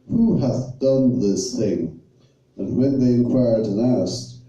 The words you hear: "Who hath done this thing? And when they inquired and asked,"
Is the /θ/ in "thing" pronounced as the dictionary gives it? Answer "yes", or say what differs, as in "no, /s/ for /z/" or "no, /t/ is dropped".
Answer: yes